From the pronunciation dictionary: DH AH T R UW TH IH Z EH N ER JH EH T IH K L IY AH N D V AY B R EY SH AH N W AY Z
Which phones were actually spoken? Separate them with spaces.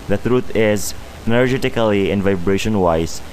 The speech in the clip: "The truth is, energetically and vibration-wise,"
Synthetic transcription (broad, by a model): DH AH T R UW T IH Z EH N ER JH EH T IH K L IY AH N V AY B R EY SH AH N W AY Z